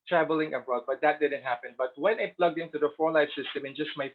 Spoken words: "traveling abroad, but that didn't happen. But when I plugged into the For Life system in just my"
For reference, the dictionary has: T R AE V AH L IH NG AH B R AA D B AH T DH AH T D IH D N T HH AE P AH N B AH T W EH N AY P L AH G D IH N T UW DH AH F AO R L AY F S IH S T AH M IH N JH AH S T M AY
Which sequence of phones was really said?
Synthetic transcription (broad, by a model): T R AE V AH L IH NG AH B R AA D B AH T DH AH T D IH D N T HH AE P AH N B AH T W EH N AY P L AH G D IH N T UW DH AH F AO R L AY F S IH S T AH M IH N JH AH S T M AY